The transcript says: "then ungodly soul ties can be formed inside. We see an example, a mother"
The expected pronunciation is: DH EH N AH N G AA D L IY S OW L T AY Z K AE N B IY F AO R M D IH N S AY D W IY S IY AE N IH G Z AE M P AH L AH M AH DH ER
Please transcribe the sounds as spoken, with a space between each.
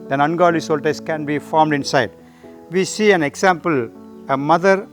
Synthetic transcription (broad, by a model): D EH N AH N G AA D L IY S OW L T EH S K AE N B IY F AO R M D IH N S AY D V IY S IY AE N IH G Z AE M P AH L AH M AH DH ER